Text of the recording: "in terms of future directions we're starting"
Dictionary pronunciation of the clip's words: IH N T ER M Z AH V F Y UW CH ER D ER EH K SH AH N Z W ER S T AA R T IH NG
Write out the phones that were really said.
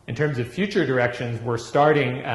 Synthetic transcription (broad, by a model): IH N T ER M Z AH V F Y UW CH ER D ER EH K SH AH N Z W ER S T AA R T IH NG